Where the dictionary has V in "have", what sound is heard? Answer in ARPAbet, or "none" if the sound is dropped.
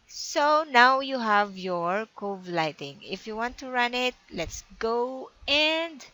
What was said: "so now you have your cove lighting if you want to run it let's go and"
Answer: V